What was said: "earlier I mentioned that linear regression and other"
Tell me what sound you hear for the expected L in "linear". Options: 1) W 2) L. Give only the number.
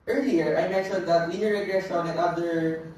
1